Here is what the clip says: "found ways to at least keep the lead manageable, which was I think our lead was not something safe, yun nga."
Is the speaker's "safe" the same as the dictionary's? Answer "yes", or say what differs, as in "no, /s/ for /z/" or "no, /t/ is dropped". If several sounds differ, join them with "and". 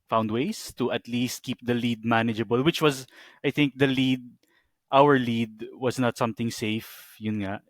yes